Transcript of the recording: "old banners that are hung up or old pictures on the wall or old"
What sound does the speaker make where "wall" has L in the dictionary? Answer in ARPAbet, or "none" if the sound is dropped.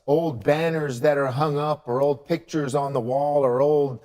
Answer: L